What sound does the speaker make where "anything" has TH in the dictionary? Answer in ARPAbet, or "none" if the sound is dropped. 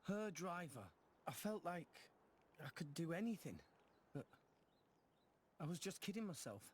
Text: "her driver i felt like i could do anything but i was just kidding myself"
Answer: TH